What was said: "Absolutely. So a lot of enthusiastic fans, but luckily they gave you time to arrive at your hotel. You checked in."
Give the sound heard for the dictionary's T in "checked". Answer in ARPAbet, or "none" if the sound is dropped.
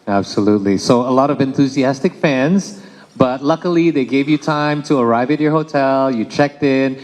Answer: T